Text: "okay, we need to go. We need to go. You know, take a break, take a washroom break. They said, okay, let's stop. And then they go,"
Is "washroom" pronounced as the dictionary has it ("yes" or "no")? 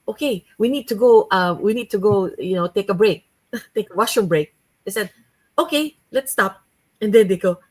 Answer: no